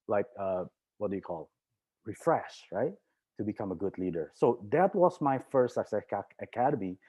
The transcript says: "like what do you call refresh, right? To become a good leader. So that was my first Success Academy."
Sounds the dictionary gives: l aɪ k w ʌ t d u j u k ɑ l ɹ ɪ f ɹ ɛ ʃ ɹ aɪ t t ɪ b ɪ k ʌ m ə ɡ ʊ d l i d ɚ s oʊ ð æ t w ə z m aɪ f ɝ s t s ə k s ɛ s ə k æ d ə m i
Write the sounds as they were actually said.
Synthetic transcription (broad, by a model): l aɪ k w ʌ t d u j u k ɑ l ɹ ɪ f ɹ ɛ ʃ ɹ aɪ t t ɪ b ɪ k ʌ m ə ɡ ʊ d l i d ɚ s oʊ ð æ t w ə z m aɪ f ɝ s t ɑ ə s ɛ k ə k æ d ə m i